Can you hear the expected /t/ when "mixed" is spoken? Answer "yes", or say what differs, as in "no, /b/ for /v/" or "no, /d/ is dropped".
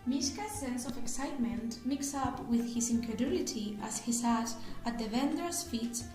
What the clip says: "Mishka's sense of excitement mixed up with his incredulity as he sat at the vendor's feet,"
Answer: no, /t/ is dropped